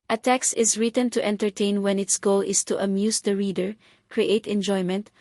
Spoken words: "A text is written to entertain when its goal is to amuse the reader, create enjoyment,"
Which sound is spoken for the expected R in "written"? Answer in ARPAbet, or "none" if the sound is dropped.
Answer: R